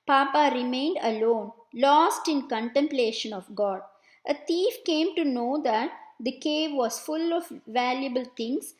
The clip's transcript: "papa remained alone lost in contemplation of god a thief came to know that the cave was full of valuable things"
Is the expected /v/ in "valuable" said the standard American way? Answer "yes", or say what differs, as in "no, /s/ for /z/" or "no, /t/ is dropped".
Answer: yes